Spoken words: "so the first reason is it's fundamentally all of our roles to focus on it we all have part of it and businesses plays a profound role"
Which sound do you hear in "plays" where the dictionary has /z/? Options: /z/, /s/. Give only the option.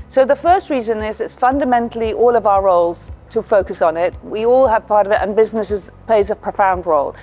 /z/